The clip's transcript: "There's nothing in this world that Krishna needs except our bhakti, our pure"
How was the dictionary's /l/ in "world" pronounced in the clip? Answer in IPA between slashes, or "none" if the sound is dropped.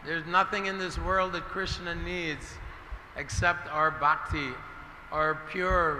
/l/